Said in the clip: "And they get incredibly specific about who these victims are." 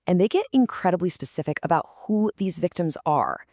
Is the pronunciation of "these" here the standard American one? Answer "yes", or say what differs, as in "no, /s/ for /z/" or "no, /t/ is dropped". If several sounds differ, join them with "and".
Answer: yes